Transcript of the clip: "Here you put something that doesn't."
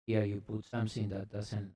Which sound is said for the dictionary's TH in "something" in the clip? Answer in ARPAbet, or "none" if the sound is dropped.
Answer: S